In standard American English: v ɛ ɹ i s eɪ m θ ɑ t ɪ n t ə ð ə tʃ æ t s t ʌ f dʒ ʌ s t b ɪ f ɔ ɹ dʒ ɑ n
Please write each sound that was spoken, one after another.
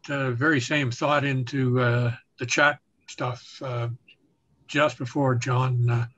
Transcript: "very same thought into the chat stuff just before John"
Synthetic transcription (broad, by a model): v ɛ ɹ i s eɪ m θ ɑ t ɪ n t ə ð ə tʃ æ t s t ʌ f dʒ ʌ s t b ɪ f ɔ ɹ dʒ ɑ n